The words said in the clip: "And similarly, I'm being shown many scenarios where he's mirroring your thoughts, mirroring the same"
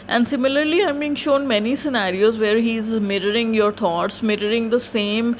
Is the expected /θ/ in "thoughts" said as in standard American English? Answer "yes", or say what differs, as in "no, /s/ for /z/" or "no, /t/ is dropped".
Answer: no, /t/ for /θ/